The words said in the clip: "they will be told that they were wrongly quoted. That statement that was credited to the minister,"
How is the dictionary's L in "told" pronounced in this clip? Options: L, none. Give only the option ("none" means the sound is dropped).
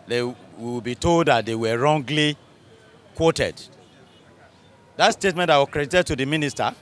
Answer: L